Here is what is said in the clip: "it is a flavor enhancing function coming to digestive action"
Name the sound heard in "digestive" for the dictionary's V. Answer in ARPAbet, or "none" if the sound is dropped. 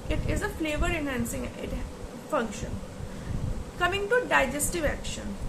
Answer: V